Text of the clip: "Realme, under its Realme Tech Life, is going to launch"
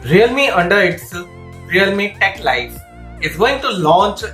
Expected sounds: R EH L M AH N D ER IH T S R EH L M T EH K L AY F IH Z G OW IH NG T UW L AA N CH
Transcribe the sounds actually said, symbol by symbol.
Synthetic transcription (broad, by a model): R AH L M AH N D ER IH T S R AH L M T EH K L AY F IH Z G OW IH NG T UW L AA N CH